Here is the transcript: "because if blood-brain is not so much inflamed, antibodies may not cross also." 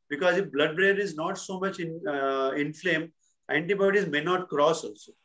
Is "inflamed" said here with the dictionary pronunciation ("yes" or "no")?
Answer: no